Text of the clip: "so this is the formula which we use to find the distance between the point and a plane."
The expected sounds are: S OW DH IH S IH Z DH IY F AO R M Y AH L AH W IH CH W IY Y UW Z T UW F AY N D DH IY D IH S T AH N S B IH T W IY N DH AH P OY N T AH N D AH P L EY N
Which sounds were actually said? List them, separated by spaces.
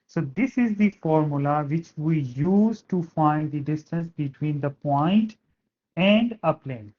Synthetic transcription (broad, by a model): S OW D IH S IH Z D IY F AO R M Y AH L AH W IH CH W IY Y UW Z T UW F AY N D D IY D IH S T AH N S B IH T W IY N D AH P OY N T AH N D AH P L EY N